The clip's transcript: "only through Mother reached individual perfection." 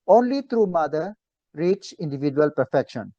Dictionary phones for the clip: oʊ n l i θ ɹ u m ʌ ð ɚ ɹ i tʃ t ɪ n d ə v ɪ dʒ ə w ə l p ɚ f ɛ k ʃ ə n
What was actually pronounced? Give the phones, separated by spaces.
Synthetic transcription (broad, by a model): oʊ n l i t ɹ u m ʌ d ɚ ɹ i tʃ ɪ n d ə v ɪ dʒ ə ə l p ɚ f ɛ k ʃ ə n